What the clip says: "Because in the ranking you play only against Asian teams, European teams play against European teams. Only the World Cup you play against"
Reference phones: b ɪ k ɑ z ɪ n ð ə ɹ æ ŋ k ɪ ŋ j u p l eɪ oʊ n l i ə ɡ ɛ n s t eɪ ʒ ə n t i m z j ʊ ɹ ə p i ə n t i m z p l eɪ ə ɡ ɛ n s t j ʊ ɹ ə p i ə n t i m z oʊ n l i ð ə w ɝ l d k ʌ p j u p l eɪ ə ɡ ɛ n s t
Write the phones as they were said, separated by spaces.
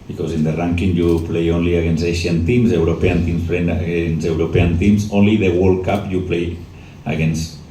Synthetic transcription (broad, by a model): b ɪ k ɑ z ɪ n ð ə ɹ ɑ ŋ k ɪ ŋ j u p l eɪ oʊ n l i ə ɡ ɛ n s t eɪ ʃ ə n t i m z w ɹ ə p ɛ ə n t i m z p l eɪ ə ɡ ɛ n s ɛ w ɹ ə p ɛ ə n t i m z oʊ n l i ð ə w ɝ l k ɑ p j u p l eɪ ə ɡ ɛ n s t